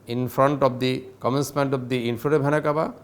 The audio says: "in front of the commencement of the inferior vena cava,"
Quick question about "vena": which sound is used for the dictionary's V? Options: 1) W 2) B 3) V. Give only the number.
2